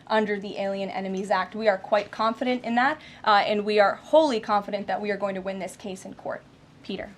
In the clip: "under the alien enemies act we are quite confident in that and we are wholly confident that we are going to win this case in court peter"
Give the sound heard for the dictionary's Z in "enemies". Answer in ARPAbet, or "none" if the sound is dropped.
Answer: Z